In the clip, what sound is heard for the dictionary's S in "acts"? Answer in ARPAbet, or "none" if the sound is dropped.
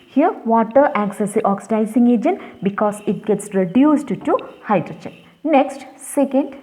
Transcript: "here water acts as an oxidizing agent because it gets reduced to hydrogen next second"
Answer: S